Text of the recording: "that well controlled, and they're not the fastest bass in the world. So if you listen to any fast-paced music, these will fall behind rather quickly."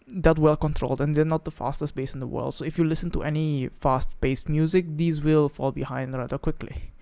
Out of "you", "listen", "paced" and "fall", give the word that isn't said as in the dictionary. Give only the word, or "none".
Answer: paced